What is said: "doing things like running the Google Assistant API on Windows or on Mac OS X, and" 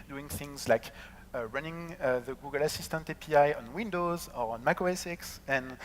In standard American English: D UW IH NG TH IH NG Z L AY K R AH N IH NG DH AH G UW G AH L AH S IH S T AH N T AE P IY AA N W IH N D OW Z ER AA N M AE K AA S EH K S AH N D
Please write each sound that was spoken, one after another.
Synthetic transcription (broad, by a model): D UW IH NG TH IH NG Z L AY K R AH N IH NG DH AH G UW G AH L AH S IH S T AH N T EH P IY AA N W IH N D OW Z ER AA N M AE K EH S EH K S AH N